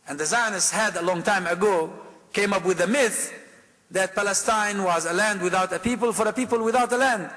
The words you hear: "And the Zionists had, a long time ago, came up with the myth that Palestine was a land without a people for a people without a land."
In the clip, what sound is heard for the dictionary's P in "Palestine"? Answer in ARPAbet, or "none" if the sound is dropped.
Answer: P